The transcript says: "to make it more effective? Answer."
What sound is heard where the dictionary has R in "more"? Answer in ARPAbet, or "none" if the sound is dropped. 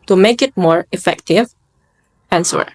R